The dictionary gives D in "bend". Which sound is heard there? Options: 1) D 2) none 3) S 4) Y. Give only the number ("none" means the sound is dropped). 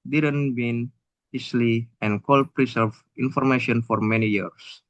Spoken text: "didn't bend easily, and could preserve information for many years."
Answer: 2